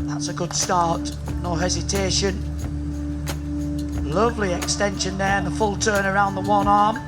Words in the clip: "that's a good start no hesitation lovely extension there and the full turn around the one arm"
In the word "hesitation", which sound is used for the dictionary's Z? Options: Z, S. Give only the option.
Z